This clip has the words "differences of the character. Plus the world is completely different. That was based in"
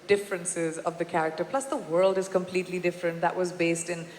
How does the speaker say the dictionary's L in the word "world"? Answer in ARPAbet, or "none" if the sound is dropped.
L